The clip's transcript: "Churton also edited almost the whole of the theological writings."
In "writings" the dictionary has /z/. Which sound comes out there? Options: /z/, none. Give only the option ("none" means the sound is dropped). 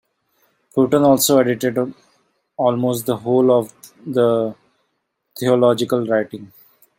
none